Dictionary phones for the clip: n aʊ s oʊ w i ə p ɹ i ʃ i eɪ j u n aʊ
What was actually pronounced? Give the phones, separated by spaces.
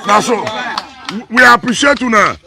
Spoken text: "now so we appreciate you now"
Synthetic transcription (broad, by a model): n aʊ s oʊ w i ə p ɹ i ʃ i eɪ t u n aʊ